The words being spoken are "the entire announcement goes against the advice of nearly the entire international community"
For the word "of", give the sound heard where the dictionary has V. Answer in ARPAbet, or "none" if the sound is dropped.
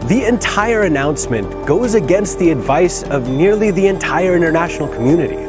V